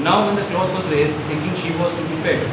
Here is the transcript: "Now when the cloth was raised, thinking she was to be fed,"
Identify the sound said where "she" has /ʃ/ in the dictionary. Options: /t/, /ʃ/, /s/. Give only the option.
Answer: /ʃ/